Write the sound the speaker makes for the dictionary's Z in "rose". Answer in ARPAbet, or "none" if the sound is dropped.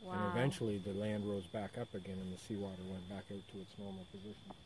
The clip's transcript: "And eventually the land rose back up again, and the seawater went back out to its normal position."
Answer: Z